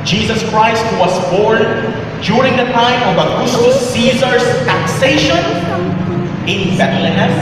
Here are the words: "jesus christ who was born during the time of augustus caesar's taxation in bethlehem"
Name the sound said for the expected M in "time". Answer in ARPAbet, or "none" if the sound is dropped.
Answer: M